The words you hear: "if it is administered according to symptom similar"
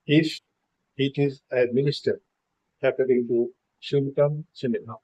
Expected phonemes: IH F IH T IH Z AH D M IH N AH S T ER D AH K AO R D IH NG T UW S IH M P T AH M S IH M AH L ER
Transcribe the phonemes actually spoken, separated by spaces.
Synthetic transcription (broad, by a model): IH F IH T IH Z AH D M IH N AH S T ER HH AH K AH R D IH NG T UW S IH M T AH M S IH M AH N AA